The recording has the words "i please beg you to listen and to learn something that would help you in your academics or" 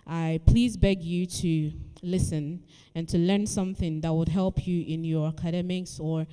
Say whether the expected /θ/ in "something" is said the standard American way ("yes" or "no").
yes